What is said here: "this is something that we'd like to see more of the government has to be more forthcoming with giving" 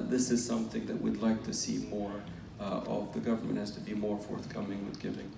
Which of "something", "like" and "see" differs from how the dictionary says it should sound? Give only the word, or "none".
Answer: none